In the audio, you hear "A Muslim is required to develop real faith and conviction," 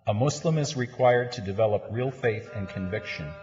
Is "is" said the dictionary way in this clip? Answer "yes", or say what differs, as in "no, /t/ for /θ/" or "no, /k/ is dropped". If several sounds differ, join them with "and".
yes